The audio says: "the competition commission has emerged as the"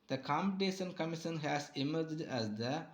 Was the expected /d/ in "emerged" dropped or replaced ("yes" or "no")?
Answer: no